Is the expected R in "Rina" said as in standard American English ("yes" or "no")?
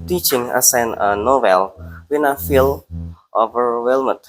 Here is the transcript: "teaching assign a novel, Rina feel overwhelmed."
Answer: no